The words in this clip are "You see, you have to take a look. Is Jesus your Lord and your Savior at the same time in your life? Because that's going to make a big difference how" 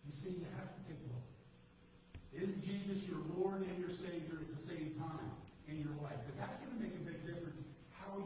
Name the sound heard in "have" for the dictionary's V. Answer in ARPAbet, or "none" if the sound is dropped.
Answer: F